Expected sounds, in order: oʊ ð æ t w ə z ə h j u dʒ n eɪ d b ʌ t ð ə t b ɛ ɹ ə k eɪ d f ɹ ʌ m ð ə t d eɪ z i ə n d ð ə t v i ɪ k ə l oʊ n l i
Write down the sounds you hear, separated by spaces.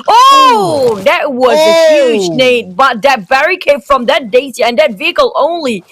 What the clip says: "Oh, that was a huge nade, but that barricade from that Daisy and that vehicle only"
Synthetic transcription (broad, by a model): oʊ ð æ t w ə z ə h j u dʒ n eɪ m b ʌ t ð ə t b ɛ ɹ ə k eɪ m f ɹ ʌ m ð ə t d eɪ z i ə n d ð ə t v i ɪ k ə l oʊ n l i